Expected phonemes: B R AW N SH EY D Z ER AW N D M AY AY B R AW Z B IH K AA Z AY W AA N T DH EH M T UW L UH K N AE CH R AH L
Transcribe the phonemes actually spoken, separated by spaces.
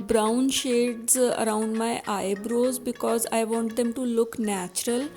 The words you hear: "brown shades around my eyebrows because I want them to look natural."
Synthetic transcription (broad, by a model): B R AW N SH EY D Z ER AW N D M AY AY B R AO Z B IH K AA Z AY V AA N T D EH M T UW L UH K N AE CH R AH L